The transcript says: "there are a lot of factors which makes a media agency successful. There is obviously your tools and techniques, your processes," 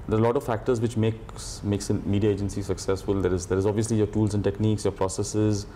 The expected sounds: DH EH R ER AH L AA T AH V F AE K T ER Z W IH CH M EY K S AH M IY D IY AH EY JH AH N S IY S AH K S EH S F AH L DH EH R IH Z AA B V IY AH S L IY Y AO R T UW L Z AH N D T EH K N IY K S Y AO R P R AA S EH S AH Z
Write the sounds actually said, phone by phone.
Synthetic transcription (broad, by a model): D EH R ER AH L AA T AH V F AE K T ER Z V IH CH M EY K S AH M IY D IY AH EY JH AH N S IY S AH K S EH S F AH L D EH R IH Z AA B V IY AH S L IY Y AO R T UW L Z AH N D T EH K N IY K S Y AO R P R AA S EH S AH Z